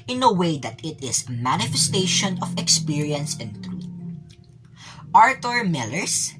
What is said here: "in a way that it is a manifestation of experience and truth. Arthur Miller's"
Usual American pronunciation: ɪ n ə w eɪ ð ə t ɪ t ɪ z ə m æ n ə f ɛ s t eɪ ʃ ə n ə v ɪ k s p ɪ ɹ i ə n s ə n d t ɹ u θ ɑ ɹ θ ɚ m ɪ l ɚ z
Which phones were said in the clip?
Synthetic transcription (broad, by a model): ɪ n ə w eɪ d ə t ɪ t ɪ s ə m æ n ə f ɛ s t eɪ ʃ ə n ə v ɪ k s p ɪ ɹ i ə n s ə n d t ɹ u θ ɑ ɹ t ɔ m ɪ l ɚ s